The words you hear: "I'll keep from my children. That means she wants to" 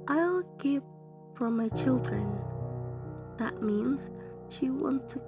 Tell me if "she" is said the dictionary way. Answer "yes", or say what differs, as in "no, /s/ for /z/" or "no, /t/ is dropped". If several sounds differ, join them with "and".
yes